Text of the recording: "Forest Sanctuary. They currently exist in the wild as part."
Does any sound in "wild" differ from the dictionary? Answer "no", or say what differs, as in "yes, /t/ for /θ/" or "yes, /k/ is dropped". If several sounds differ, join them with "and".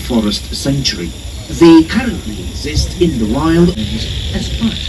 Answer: no